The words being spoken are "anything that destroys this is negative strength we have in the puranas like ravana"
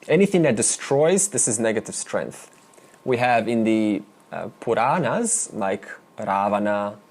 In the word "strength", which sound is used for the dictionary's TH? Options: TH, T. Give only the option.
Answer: TH